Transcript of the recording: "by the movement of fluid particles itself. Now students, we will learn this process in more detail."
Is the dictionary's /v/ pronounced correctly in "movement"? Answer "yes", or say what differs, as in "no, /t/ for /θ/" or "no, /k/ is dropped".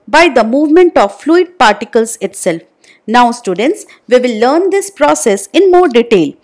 yes